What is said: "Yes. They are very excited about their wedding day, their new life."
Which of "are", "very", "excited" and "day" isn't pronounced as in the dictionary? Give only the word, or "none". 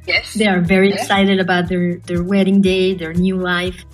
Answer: none